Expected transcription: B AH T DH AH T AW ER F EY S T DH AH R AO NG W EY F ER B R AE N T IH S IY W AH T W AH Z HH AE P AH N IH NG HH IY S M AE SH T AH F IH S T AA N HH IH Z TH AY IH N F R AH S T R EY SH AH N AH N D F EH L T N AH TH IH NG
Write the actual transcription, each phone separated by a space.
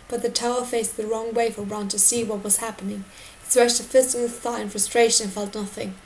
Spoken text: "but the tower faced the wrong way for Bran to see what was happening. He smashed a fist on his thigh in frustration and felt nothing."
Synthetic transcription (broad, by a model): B AH T DH AH T AW ER F EY S DH AH R AO NG W EY F ER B R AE N T IH S IY W AH T W AH Z HH AE P AH N IH NG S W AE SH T AH F IH S T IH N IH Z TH AY IH N F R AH S T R EY AH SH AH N F EH L T N AH TH IH NG